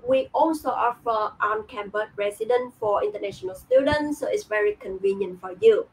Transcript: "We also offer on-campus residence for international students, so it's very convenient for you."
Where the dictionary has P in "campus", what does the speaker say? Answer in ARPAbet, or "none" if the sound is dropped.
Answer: B